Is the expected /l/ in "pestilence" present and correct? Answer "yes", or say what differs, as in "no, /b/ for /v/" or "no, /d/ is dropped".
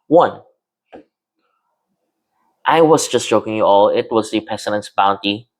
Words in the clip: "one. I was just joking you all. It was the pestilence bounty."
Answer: no, /n/ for /l/